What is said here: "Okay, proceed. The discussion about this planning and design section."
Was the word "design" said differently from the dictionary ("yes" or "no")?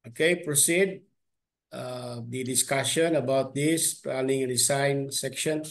yes